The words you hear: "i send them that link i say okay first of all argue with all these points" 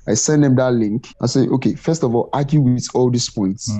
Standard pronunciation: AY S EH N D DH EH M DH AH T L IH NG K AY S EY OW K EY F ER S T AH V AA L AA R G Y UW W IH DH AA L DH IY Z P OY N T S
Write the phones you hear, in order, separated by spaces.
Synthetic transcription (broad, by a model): AY S EH N D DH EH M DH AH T L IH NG K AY S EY OW K EY F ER S T AH V AA L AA G Y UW W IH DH AA L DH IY S P OY N T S